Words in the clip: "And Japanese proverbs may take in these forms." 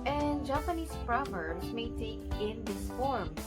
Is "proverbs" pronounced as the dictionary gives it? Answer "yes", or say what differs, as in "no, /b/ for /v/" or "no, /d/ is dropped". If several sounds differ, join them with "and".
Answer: no, /b/ is dropped